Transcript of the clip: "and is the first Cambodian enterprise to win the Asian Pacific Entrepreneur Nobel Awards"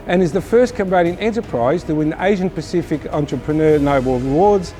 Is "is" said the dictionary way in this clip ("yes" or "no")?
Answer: yes